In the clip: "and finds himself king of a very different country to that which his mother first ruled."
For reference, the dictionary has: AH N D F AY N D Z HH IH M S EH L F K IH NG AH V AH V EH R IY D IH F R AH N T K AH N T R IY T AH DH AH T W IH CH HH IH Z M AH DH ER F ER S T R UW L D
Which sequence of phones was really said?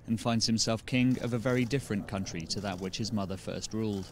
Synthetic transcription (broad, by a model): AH N F AY N D Z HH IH M S EH L F K IH NG AH V AH V EH R IY D IH F R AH N K AH N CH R IY T AH DH AH T W IH CH HH IH Z M AH DH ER F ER S T R UW L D